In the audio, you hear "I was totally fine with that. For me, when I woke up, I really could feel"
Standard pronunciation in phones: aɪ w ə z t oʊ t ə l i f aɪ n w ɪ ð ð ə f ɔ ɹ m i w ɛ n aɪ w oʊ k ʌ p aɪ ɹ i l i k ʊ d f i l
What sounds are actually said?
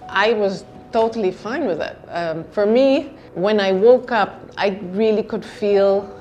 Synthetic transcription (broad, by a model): aɪ w ə z t oʊ t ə l i f aɪ n w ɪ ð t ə f ɔ ɹ m i w ɛ n aɪ w oʊ k ʌ p aɪ ɹ i l i k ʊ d f i l